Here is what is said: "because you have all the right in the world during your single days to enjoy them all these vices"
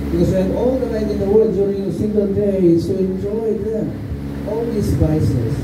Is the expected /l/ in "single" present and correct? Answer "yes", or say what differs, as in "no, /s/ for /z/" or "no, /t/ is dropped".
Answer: no, /n/ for /l/